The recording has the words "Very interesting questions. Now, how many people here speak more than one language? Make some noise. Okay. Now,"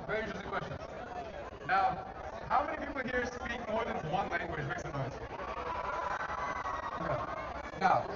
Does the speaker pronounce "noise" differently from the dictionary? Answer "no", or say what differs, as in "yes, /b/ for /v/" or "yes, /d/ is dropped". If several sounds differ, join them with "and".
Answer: yes, /s/ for /z/